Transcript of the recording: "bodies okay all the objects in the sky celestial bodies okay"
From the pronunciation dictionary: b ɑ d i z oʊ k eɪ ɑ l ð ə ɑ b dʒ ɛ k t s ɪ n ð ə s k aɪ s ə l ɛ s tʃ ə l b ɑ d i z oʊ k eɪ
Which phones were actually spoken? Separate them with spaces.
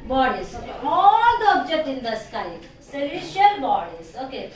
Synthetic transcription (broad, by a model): b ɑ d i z oʊ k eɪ ɑ l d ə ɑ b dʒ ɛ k t ɪ n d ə s k aɪ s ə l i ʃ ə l b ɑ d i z oʊ k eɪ